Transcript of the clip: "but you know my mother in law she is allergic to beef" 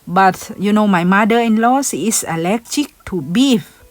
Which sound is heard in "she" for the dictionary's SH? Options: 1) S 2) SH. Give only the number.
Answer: 1